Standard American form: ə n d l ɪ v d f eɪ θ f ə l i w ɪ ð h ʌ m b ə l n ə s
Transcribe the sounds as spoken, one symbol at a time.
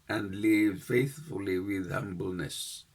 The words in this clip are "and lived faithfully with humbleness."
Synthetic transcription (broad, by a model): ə n d l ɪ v f eɪ θ f ə l i w ɪ ð h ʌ m b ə l n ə s